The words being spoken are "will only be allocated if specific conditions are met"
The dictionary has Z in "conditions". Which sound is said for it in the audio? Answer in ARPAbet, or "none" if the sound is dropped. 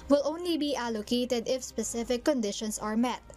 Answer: S